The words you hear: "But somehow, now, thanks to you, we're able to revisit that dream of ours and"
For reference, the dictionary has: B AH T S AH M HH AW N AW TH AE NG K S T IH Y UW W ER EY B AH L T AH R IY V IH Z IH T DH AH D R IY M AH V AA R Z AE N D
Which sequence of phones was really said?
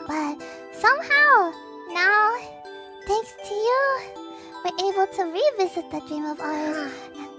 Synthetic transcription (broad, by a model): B AH T S AH M HH AW N AW TH AE NG K S T IH Y UW W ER EY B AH L T AH R IY V IH Z IH T DH AH D R IY M AH V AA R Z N